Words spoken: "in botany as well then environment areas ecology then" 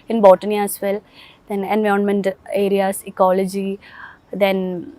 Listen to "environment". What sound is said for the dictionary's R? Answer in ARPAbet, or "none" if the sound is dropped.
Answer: none